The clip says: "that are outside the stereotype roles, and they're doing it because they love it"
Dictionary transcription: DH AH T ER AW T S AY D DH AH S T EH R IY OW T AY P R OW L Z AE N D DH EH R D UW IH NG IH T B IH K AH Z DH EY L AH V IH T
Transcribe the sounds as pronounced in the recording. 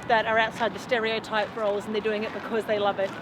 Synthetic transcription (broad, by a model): DH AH T ER AW T S AY D DH AH S T EH R IY OW T AY P R OW L Z N DH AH R D UW IH NG IH T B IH K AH Z DH EY L AH V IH T